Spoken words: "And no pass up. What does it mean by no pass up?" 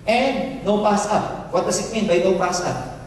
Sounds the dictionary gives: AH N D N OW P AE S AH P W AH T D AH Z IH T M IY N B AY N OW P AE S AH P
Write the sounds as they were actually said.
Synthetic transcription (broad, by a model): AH N D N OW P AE S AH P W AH T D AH S IH T M IY N B AY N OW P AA S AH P